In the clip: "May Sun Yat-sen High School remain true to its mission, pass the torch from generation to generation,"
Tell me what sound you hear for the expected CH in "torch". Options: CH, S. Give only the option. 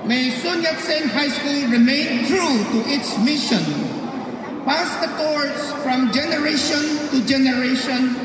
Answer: S